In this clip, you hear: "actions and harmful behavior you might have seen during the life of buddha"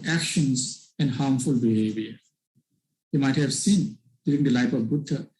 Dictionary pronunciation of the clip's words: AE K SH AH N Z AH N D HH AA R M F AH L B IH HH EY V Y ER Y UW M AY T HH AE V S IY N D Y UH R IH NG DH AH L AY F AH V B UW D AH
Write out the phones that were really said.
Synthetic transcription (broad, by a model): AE K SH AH N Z AH N D HH AA R M F AH L B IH HH EY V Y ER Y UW M AY T HH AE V S IY N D Y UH R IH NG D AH L AY P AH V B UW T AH